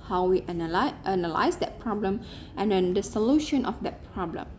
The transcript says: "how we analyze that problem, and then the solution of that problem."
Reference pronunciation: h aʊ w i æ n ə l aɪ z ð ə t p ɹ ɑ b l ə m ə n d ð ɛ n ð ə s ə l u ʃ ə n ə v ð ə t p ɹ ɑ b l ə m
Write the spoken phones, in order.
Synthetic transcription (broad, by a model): h aʊ w i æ n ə l aɪ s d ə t p ɹ ɑ b l ə m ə n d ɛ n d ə s ə l u ʃ ə n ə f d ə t p ɹ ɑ b l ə m